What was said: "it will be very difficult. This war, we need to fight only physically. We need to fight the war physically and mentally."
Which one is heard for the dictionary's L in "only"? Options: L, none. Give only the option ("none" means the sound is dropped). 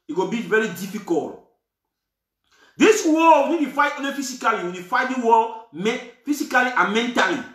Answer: none